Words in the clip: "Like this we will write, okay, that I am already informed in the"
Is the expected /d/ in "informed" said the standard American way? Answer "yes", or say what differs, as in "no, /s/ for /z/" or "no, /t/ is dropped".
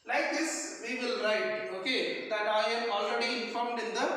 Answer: yes